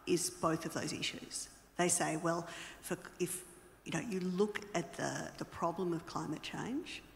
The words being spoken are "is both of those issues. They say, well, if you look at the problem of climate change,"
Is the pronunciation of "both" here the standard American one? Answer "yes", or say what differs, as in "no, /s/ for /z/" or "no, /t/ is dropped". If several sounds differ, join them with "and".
yes